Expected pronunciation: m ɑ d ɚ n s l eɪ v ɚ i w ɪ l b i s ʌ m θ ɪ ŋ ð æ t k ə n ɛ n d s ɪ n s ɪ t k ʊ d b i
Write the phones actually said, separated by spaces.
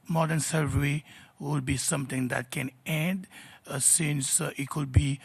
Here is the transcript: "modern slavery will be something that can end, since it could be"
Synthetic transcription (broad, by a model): m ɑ d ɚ n s eɪ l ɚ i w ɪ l b i s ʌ m t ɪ ŋ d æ t k ə n ɛ n d s ɪ n s ɪ t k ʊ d b i